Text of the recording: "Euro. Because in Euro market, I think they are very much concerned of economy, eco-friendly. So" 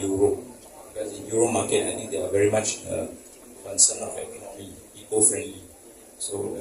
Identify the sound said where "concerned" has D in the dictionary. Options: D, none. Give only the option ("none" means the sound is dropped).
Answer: none